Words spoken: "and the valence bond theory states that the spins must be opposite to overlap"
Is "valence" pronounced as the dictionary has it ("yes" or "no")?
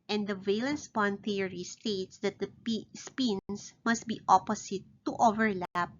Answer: yes